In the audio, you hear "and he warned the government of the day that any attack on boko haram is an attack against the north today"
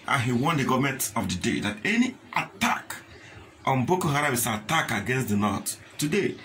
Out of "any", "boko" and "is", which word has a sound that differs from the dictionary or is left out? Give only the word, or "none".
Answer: is